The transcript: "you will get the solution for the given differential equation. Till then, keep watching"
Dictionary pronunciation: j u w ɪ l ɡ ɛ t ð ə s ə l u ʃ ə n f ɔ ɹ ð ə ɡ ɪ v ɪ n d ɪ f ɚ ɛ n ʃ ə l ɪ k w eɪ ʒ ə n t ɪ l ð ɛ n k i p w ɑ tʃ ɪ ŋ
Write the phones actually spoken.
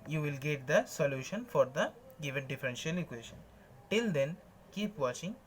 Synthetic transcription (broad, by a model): j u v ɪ l ɡ ɛ t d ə s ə l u ʃ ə n f ɔ ɹ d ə ɡ ɪ v ɪ n d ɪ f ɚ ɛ n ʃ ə l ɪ k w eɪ ʃ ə n t ɪ l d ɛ n k i p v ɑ tʃ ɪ ŋ